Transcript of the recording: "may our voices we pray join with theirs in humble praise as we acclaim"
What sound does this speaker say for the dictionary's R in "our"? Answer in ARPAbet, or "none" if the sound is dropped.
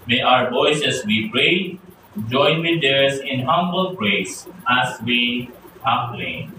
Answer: R